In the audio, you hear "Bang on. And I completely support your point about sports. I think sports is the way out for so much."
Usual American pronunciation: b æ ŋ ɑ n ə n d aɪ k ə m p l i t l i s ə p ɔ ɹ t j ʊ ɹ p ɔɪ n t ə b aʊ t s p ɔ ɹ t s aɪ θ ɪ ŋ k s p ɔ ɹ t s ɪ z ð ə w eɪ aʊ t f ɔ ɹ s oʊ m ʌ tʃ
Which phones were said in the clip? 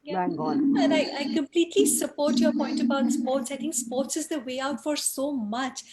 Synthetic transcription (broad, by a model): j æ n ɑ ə aɪ k ə m p l i t l i s ə p ɔ ɹ t j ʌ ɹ p ɔɪ n t ə b aʊ t s p ɔ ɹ t s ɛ t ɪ ŋ s p ɔ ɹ t s ɪ z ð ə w eɪ aʊ t f ɔ ɹ s oʊ m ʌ tʃ